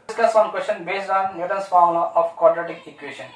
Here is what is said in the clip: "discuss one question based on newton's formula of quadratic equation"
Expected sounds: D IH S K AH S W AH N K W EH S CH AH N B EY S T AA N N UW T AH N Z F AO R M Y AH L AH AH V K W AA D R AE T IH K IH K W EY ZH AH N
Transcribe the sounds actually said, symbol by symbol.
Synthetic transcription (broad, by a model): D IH S K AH S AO N K W EH S CH AH N B EY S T AA N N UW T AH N S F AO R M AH AH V K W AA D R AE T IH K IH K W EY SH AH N